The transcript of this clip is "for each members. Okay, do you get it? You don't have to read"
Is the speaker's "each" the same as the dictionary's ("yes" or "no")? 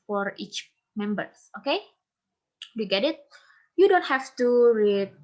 yes